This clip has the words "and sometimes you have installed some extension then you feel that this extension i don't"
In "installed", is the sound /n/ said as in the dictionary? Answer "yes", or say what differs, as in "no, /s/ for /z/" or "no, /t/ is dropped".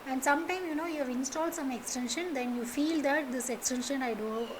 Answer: yes